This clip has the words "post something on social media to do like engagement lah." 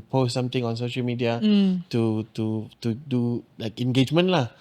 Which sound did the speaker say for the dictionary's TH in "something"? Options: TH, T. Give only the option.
T